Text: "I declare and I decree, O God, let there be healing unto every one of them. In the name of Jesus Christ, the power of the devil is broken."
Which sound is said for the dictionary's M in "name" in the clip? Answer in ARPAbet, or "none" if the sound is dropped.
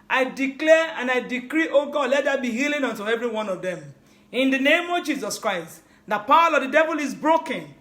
M